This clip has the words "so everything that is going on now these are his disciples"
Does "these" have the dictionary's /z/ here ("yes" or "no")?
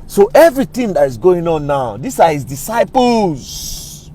no